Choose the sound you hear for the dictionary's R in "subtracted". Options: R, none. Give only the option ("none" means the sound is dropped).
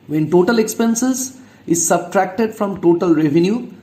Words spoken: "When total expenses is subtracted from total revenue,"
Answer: R